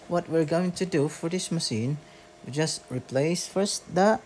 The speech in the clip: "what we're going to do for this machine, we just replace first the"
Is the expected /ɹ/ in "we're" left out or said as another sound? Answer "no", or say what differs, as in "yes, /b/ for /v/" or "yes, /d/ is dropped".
no